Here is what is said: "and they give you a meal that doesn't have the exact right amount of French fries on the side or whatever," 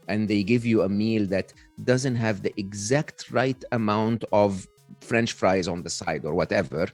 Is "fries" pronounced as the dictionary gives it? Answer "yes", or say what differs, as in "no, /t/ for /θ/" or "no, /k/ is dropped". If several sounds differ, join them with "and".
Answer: yes